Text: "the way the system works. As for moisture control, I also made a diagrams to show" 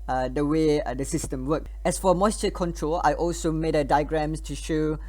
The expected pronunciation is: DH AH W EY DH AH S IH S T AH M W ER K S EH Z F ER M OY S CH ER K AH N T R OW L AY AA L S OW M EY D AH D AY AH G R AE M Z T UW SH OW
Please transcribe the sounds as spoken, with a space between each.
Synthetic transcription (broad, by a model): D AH W EY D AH S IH S T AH M W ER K EH S F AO M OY S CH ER K AH N T R OW L AY AA L S OW M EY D AH D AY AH G R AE M S T UW SH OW